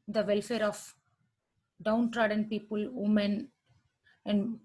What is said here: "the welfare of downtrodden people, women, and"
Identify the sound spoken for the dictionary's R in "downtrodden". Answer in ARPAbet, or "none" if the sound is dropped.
R